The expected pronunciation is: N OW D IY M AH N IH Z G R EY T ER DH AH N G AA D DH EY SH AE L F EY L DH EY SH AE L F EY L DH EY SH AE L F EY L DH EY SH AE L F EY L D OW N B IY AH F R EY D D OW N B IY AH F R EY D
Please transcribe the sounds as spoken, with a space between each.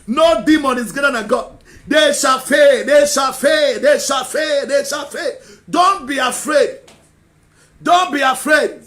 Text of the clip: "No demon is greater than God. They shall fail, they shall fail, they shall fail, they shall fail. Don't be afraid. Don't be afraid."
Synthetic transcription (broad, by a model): N OW D IY M AH N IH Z G EY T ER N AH G AA D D EY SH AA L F EY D EY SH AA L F EY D EY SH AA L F EY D EY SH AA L F EY D OW N B IY AH F R EY D D OW N B IY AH F R EY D